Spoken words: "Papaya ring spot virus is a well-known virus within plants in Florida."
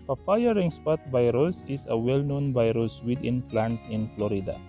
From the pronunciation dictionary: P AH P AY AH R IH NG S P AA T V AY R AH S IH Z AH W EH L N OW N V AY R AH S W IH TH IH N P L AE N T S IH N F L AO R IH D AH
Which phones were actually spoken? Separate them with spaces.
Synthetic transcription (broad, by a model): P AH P AY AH R IH NG S P AA T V AY R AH S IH S AH W EH L N OW N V AY R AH S W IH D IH N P L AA N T IH N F L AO R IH D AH